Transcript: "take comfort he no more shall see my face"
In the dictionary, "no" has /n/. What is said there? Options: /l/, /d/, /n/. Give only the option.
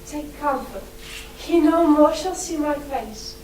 /n/